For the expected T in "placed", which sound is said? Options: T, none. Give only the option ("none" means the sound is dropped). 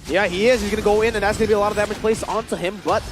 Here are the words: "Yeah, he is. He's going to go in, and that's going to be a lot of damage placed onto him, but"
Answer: none